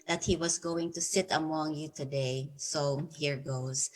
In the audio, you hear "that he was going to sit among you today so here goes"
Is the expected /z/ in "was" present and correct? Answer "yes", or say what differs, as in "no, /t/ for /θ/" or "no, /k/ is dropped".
no, /s/ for /z/